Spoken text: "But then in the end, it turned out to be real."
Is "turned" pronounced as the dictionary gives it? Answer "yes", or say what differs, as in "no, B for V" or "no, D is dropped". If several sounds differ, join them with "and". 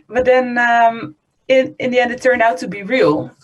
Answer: yes